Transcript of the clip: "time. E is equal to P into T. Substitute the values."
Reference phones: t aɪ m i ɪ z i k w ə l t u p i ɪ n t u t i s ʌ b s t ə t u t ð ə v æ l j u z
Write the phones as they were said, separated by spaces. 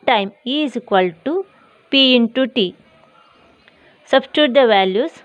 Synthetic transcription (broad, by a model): t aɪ m i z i k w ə l t u p i ɪ n t u t i s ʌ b s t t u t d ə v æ l j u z